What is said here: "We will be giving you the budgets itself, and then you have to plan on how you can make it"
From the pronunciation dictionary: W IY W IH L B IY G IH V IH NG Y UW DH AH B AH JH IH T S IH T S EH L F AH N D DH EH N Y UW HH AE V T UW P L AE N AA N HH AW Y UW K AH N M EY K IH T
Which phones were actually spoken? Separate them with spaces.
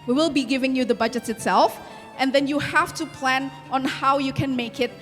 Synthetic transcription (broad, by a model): W IY W IH L B IY G IH V IH NG Y UW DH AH B AH JH IH T S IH T S EH L F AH N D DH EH N Y UW HH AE F T UW P L AE N AA N HH AW Y UW K AH N M EY K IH T